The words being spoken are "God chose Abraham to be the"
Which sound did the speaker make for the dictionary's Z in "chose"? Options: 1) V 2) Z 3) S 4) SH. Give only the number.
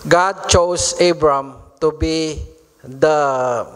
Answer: 3